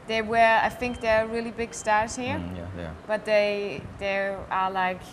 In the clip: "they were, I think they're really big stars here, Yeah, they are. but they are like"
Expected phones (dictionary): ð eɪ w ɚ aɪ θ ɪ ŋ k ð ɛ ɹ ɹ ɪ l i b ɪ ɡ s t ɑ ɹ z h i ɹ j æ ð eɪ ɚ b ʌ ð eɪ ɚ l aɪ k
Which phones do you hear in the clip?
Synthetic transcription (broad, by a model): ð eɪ w ɚ aɪ θ ɪ ŋ k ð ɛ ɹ ɹ ɪ l i b ɪ ɡ s t ɑ ɹ z h i ɹ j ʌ ð eɪ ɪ ð eɪ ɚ l aɪ k